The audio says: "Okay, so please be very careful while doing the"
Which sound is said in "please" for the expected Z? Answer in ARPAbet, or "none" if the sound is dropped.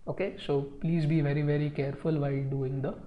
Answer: Z